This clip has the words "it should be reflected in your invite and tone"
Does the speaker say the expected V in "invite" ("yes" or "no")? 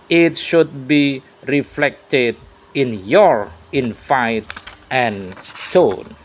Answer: no